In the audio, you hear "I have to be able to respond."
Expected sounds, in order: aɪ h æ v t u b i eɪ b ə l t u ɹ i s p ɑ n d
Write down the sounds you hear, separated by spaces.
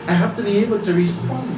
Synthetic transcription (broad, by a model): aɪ h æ f t u b i eɪ b ə l t u ɹ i s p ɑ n